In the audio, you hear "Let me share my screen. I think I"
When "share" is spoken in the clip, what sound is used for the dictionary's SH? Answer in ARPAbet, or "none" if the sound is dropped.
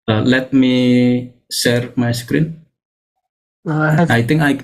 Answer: S